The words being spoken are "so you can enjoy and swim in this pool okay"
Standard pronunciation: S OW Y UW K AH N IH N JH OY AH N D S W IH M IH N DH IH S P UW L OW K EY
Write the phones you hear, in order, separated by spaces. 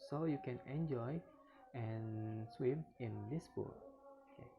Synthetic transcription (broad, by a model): S OW Y UW K AH N IH N JH OY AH N S W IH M IH N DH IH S B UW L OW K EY